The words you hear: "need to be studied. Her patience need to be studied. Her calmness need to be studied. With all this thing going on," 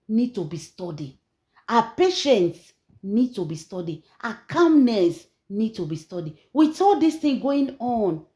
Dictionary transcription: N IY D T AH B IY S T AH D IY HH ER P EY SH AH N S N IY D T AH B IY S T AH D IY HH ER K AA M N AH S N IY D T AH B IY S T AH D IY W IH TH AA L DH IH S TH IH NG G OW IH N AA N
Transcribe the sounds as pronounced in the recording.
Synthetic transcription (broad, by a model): N IY D T AH B IY S T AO D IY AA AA P EY SH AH N S N IY D T AH B IY S T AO D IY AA K AA M N AH S N IY D T AH B IY S T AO D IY W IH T AA L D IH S T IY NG G OW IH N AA N